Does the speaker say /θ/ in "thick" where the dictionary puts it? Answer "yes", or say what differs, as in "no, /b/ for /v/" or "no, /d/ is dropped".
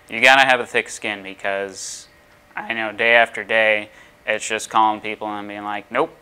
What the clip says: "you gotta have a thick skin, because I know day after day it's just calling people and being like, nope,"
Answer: yes